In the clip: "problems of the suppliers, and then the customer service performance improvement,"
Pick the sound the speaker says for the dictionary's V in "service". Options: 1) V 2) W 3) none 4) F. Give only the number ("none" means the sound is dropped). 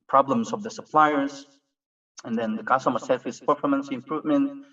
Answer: 4